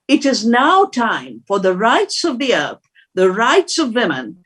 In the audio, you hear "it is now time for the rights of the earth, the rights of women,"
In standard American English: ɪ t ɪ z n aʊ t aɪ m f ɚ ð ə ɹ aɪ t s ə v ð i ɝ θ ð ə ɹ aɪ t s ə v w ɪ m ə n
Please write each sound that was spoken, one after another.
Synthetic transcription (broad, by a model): ɪ t ɪ z n aʊ t aɪ m f ɚ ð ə ɹ aɪ t s ə v ð i ɝ θ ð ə ɹ aɪ t s ə v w ɪ m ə n